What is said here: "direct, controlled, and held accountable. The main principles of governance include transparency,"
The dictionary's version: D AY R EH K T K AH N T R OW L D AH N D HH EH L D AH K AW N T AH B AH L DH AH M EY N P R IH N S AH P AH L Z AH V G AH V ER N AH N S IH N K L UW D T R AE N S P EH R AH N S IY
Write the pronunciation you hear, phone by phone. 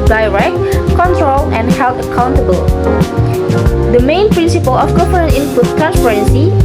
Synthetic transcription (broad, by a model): D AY R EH K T K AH N T R OW L AH N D HH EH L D AH K AW N T AH B AH L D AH M EY N P R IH N S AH P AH L AH F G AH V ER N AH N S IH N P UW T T R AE N S P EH R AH N S IY